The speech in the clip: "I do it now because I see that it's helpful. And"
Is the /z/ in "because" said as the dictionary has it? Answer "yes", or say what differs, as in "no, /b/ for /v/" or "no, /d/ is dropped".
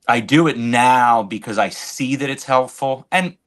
yes